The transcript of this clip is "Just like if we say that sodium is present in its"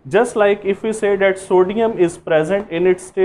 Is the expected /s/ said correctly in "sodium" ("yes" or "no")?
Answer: yes